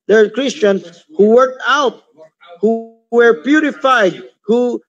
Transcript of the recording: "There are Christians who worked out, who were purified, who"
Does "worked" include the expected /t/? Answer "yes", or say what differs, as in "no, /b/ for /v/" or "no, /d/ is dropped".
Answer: yes